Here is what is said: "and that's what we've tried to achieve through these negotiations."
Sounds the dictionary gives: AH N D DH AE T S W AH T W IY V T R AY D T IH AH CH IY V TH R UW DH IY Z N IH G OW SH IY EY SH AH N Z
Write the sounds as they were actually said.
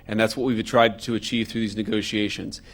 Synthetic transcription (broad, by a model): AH N DH AE T S W AH T W IY V T R AY D T IH AH CH IY V TH R UW DH IY Z N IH G OW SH IY EY SH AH N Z